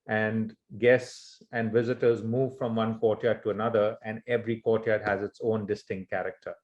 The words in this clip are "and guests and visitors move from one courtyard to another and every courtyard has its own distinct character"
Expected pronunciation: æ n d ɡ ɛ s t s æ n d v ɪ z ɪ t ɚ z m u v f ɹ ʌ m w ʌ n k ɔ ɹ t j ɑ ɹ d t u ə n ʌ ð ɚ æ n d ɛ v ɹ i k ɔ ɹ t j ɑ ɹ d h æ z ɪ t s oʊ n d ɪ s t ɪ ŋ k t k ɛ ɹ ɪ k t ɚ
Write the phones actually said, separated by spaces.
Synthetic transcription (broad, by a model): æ n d ɡ ɛ s t s æ n d v ɪ z ɪ t ɚ z m u v f ɹ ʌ m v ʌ n k ɔ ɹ t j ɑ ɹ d t u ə n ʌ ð ɚ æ n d ɛ v ɹ i k ɔ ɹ t j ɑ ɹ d h æ z ɪ t s oʊ n d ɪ s t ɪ ŋ k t k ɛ ɹ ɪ k t ɚ